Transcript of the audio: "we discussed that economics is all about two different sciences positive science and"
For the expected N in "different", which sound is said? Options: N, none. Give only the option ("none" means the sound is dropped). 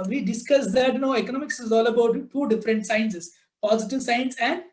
N